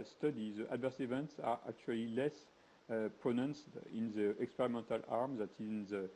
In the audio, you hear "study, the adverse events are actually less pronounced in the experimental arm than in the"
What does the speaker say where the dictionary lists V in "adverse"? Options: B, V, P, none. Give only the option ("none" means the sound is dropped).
V